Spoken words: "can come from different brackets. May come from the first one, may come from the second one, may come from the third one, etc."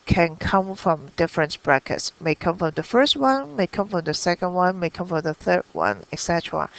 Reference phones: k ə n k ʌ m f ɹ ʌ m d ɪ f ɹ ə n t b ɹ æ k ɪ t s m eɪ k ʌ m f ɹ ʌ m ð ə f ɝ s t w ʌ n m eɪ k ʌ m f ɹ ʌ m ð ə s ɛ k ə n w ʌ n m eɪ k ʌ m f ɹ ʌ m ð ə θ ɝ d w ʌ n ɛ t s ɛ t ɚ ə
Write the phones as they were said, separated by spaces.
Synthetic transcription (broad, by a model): k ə n k ʌ m f ɹ ʌ m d ɪ f ɹ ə n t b ɹ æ k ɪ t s m eɪ k ʌ m f ɹ ʌ m ð ə f ɝ s t w ʌ n m eɪ k ʌ m f ɹ ʌ m ð ə s ɛ k ə n w ʌ n m eɪ k ʌ m f ɹ ʌ m ð ə θ ɝ d w ʌ n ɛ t s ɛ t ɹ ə